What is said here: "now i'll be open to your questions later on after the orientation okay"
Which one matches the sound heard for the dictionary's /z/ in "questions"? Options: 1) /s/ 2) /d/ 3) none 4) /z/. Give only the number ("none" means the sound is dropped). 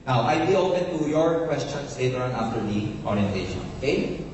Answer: 1